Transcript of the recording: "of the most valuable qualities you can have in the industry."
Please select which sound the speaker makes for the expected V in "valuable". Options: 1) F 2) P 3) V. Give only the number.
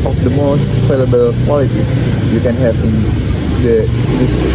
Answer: 1